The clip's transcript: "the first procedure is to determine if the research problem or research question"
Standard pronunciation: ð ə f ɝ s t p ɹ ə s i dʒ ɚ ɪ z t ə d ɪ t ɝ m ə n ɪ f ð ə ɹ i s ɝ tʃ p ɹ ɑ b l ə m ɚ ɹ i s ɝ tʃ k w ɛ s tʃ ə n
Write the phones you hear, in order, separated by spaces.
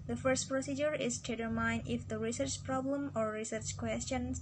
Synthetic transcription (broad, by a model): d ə f ɝ s t p ɹ ə s i dʒ ɚ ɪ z t ə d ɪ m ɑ ə n ɪ f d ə ɹ i s ɝ tʃ p ɹ ɑ b l ə m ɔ ɹ i s ɝ tʃ k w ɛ s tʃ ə n